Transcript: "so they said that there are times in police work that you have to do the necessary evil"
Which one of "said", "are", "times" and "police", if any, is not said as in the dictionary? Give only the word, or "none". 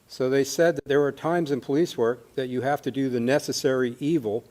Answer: none